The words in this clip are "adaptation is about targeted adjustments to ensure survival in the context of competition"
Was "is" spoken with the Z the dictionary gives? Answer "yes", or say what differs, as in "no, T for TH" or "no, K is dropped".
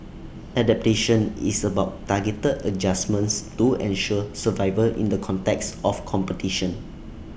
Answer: no, S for Z